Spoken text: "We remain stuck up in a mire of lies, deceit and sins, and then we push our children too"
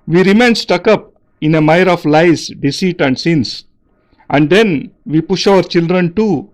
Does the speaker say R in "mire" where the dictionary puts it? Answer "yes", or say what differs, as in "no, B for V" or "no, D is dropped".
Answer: yes